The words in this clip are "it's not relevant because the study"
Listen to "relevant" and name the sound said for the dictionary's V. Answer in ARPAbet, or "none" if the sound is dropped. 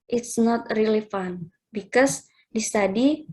F